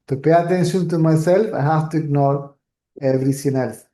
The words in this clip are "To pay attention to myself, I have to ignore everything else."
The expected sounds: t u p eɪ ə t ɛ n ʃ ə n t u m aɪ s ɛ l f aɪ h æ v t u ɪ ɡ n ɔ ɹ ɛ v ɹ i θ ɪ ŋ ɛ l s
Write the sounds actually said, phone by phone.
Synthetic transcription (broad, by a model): t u p eɪ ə t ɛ n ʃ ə n t u m aɪ s ɛ l f aɪ h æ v t u ɪ ɡ n ɔ ɹ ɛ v ɹ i s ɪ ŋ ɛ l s